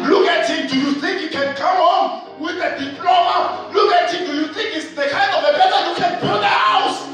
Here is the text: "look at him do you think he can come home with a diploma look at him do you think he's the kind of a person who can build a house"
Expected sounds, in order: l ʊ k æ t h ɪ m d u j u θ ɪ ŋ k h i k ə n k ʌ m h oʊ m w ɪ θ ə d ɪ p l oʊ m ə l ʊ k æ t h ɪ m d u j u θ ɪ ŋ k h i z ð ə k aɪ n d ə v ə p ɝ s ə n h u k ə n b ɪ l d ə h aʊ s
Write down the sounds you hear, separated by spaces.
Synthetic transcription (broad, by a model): l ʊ k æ t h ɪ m d u j u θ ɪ ŋ k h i k ə n k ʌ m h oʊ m w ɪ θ ə d ɪ p l oʊ m ə l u k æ t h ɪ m d u j u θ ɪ ŋ k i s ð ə k aɪ n d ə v ə b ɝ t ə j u k ə n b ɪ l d ə h aʊ s